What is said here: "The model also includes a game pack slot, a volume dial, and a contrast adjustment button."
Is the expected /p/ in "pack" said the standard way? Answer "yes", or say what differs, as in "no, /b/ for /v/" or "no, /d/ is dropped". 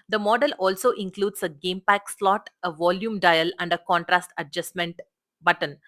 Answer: yes